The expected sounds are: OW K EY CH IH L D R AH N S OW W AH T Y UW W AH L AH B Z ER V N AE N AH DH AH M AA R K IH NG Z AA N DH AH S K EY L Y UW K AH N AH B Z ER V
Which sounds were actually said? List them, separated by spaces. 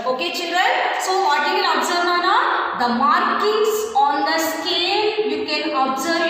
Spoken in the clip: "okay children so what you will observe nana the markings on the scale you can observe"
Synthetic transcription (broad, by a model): OW K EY CH IH L D R AH N S OW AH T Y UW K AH N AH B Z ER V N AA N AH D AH M AA R K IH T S AA N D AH S K EY L Y UW K AH N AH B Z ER